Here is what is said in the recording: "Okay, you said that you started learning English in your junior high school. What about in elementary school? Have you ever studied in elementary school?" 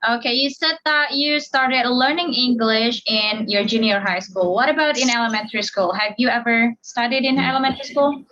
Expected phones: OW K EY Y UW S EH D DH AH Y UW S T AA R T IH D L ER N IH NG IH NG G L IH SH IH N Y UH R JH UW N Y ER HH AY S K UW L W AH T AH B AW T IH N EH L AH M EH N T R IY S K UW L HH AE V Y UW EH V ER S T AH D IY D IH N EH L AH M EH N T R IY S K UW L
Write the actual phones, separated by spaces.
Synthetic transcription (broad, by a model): OW K EY Y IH S EH D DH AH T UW S T AA R T IH D L ER N IH NG IH NG G L IH SH IH N Y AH R JH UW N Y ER HH AY S K UW L W AH T AH B AW T IH N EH L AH M EH N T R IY S K UW L HH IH V Y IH EH V ER S T AH D IY D IH N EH L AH M EH N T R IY S K UW L